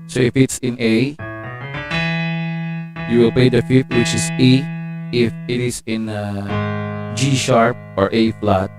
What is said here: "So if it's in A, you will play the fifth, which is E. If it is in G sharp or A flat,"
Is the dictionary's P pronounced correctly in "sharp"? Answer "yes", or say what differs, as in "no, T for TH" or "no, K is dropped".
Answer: yes